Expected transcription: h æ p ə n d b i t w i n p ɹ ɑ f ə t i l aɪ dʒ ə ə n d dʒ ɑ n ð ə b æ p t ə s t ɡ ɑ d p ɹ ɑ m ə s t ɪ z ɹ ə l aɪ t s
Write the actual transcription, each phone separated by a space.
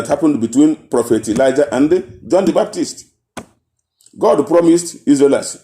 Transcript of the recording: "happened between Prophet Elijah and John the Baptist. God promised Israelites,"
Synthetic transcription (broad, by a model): h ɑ p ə n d b i t w i n p ɹ ɑ f ə t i l aɪ dʒ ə ə n d dʒ ɑ n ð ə b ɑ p t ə s t ɡ ɑ d p ɹ ɑ m ə s t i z ɹ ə l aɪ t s